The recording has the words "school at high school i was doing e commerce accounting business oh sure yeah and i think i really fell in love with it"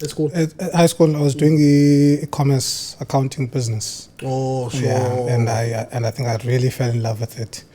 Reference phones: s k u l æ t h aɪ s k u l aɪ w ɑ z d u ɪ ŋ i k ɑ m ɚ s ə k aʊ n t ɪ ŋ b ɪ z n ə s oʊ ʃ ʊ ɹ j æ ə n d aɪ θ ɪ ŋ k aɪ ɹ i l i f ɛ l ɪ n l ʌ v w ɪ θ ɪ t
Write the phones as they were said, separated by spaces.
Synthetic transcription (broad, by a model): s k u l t h aɪ s k u l aɪ w ɑ z d u ɪ ŋ i k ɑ m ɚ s ə k aʊ n t ɪ ŋ b ɪ z n ə s oʊ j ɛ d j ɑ ə n d aɪ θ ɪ ŋ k aɪ ɹ i l i f ɛ l ɪ n l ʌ v w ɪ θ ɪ t